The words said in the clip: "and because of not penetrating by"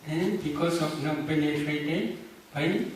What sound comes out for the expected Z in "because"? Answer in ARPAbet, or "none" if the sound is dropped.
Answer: S